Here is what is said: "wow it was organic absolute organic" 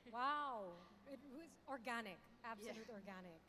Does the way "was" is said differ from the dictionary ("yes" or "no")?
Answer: no